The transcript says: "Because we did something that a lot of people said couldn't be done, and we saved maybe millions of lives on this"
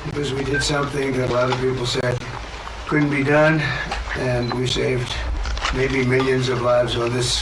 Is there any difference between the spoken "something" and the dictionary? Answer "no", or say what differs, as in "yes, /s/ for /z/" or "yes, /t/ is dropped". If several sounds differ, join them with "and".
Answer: no